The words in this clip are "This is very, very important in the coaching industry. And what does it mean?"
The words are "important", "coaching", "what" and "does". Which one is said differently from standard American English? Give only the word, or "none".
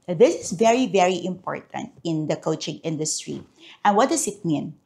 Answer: does